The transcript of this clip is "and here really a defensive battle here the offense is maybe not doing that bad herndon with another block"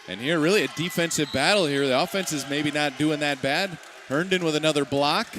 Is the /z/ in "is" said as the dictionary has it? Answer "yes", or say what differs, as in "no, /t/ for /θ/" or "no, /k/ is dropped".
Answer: yes